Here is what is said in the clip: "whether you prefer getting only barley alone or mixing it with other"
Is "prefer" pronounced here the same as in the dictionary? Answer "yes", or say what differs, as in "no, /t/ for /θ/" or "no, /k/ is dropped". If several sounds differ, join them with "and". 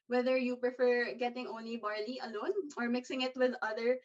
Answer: yes